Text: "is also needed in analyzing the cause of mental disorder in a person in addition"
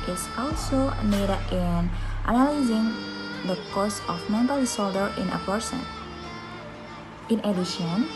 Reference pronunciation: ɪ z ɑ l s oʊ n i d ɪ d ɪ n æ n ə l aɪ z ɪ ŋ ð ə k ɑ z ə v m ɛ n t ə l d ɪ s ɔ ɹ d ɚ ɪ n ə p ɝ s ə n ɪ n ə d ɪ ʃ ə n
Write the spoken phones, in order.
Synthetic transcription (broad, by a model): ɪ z ɑ l s oʊ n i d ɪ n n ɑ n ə l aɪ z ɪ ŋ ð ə k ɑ s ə f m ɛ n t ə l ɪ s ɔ l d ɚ ɪ n ə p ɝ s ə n ɪ n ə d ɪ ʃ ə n